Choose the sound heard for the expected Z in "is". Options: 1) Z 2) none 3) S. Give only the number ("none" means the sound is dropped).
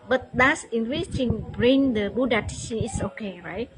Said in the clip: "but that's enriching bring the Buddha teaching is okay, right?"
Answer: 3